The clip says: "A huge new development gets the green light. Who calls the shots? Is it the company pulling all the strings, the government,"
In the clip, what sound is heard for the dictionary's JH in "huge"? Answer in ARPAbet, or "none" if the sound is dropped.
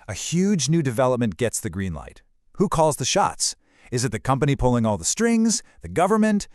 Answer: JH